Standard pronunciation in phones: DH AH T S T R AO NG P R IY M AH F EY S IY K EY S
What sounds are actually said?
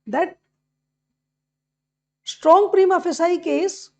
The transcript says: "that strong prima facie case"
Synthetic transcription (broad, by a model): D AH T S T R AO NG P R IY M AH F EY S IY K EY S